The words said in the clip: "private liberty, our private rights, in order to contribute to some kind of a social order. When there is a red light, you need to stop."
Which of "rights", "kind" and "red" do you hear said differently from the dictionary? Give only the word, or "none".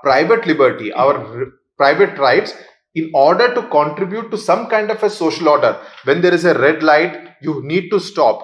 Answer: none